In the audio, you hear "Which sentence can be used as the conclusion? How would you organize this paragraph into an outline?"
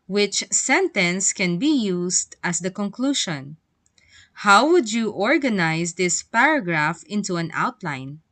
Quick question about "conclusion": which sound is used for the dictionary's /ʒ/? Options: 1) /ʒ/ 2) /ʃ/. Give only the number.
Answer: 2